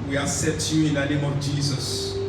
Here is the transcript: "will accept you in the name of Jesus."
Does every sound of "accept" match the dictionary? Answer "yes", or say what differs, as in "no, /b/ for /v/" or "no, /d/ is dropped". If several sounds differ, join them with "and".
no, /k/ is dropped